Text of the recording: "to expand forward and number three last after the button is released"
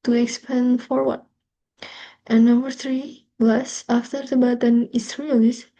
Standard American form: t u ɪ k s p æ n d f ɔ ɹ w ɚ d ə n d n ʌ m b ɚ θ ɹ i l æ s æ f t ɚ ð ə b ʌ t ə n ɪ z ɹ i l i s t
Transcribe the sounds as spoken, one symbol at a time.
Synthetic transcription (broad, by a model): t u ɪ k s p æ n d f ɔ ɹ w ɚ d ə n n ʌ m b ɚ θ ɹ i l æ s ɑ f t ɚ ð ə b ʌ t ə n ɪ s ɹ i l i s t